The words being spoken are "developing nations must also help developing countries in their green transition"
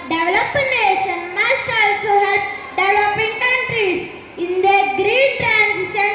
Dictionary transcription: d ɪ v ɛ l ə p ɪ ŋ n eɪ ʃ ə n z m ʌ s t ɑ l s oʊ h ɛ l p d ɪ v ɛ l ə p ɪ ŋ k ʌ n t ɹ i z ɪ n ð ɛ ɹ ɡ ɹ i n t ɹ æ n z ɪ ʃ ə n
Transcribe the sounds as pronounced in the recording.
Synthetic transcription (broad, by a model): d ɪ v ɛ l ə p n eɪ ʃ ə n m ʌ s t ɑ l s oʊ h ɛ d d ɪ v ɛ l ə p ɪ ŋ k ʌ n t ɹ i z ɪ n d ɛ ɡ ɹ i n t ɹ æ n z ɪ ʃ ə n